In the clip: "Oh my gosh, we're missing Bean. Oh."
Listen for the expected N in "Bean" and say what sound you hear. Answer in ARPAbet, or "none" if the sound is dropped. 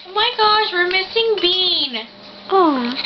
N